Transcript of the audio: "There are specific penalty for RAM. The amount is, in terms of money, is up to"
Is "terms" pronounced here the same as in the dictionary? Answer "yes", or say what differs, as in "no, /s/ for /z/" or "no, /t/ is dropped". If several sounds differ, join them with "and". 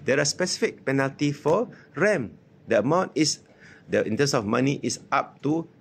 no, /s/ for /z/